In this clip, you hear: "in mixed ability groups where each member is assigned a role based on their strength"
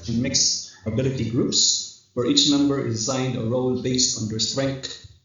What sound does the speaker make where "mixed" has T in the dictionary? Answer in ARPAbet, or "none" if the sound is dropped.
none